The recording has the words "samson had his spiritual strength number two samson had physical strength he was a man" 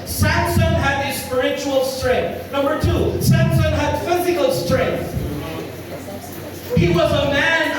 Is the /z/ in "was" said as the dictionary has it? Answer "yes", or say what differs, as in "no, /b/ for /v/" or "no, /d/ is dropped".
yes